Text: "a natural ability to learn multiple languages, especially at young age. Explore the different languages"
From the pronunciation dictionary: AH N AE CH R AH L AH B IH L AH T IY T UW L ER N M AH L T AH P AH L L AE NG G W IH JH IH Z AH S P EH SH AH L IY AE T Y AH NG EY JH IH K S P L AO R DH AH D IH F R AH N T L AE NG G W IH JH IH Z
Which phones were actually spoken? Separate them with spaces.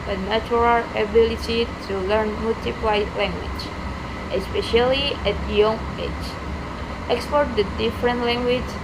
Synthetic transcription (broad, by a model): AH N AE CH R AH L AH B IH L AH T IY T UW L ER N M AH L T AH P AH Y L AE NG G W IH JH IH AH S P EH SH AH L IY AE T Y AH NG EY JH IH K S P AO R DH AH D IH F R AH N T L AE NG G W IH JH